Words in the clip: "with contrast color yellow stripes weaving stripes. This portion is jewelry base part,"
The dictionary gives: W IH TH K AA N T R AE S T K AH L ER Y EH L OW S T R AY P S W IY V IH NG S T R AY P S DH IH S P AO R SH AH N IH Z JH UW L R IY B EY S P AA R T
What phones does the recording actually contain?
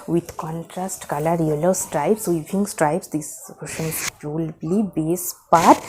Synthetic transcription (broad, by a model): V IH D K AA N T R AE S T K AH L ER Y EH L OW S T R AY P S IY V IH NG S T R AY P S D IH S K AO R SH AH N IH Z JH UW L L IY B EY S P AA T